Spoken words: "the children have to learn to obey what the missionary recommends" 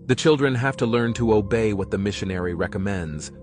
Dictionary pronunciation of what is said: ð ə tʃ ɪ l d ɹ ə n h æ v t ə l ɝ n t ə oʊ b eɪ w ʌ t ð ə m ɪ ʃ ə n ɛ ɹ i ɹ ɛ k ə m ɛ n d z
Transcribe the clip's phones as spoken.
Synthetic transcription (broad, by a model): ð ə tʃ ɪ l d ɹ ə n h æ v t ə l ɝ n t ə oʊ b eɪ w ʌ t ð ə m ɪ ʃ ə n ɛ ɹ i ɹ ɛ k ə m ɛ n d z